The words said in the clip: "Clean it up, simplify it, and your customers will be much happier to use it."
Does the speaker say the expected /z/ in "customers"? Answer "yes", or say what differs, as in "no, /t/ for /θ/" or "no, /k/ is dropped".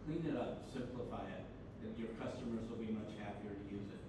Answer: yes